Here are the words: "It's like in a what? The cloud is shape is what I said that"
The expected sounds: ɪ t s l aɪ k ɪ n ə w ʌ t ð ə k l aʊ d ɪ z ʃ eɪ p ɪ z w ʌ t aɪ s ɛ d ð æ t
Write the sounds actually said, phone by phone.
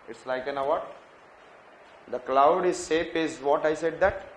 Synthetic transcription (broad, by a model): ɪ t s l aɪ k ɪ n ə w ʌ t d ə k l aʊ d ɪ z s eɪ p ɪ z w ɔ t aɪ s ɛ d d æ t